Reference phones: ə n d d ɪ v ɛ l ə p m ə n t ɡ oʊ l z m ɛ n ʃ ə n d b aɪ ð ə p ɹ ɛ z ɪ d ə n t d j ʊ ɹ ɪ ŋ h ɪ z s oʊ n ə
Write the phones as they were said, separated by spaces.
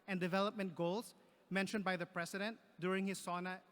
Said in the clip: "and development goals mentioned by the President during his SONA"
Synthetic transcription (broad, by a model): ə n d d ɪ v ɛ l ə p m ə n t ɡ oʊ l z m ɛ n ʃ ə n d b aɪ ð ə p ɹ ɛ s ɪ d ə n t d j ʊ ɹ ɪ ŋ h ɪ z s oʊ n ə